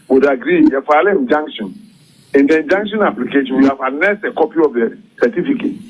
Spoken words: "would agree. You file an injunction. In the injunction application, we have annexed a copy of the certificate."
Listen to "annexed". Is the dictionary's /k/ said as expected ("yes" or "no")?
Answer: no